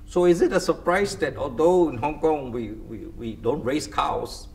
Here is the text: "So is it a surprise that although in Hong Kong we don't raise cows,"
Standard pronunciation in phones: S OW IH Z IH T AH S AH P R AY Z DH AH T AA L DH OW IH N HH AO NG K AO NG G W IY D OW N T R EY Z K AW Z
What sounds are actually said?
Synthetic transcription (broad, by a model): S OW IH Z IH T AH S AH P R AY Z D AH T AA L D OW IH N HH AO NG K AO NG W W IY D OW N T R EY S K AW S